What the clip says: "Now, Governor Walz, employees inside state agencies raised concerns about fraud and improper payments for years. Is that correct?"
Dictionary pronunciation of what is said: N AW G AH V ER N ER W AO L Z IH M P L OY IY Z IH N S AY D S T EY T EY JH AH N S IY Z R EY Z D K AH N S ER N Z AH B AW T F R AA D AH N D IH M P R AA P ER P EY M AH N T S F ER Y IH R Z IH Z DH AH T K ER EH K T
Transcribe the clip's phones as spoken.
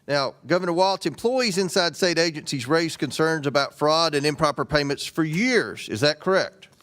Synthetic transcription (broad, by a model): N AW G AH V ER N ER W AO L S IH M P L OY IY Z IH N S AY D S T EY T EY JH AH N S IY Z R EY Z K AH N S ER N Z AH B AW T F R AA D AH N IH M P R AA P ER P EY M AH N T S F ER Y IH R Z IH Z DH AH T K ER EH K T